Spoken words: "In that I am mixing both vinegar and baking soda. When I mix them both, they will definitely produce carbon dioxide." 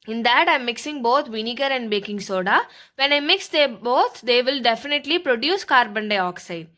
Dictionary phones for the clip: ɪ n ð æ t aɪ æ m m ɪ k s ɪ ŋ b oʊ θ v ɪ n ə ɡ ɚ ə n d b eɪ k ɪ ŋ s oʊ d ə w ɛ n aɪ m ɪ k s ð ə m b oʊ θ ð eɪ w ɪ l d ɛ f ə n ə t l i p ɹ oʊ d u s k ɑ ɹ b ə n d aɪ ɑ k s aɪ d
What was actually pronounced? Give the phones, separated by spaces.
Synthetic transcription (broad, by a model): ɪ n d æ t aɪ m m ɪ k s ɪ ŋ b oʊ t v ɪ n ə ɡ ɚ ə n d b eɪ k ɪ ŋ s oʊ d ə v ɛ n aɪ m ɪ k s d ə b oʊ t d eɪ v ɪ l d ɛ f ə n ə t l i p ɹ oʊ d u s k ɑ ɹ b ə n d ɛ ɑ k s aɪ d